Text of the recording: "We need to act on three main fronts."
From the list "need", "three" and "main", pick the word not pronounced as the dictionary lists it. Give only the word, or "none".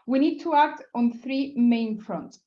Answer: none